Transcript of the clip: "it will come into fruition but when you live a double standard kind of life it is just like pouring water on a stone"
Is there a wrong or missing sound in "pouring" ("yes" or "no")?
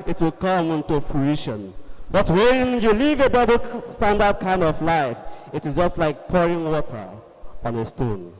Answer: no